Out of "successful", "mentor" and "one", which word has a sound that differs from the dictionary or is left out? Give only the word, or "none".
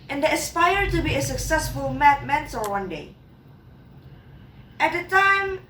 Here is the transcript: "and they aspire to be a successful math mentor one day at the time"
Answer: mentor